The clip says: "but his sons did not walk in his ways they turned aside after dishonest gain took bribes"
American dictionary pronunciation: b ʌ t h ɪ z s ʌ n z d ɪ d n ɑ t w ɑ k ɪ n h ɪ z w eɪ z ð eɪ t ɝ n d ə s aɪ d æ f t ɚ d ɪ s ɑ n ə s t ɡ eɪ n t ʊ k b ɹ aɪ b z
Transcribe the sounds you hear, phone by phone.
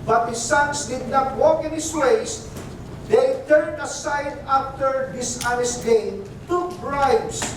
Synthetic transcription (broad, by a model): b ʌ t h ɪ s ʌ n s d ɪ d n ɑ t w ɑ k ɪ n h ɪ s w eɪ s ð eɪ t ɝ n d ə s aɪ d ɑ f t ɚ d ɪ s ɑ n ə s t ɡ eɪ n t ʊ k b ɹ aɪ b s